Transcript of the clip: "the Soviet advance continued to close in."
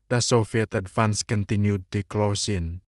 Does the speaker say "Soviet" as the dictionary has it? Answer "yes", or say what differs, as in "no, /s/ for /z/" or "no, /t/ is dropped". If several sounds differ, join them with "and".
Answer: no, /f/ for /v/